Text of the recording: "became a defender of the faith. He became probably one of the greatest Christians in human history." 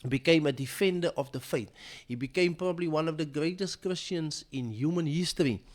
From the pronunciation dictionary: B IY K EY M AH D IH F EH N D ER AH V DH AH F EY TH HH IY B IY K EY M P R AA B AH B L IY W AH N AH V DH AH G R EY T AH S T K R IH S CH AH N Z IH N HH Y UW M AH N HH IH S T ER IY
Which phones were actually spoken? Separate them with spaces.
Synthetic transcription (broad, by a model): B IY K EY M AH D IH F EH N D ER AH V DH AH F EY T HH IY B IY K EY M P R AA B AH B L IY W AH N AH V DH AH G R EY T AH S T K R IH S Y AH N S IH N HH Y UW M AH N HH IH S T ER IY